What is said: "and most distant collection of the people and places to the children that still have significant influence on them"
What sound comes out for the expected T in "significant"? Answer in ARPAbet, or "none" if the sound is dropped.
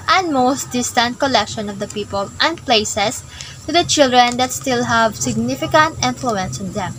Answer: T